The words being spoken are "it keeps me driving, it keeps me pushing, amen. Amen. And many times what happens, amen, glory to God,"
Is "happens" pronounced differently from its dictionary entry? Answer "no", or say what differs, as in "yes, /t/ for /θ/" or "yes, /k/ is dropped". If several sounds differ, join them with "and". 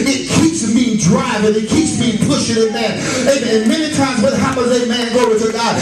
yes, /n/ is dropped